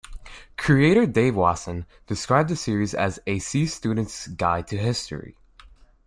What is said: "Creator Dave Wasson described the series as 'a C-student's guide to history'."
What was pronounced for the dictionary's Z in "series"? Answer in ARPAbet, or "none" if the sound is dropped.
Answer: Z